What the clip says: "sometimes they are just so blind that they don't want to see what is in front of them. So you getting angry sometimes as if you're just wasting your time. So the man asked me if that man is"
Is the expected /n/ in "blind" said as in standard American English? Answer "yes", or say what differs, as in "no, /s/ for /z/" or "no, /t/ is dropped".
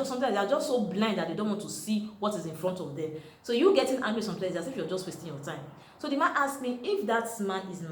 yes